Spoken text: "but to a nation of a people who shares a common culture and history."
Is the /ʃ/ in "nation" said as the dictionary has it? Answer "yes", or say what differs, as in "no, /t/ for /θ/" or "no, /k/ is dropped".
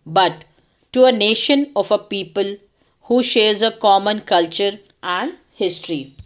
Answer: yes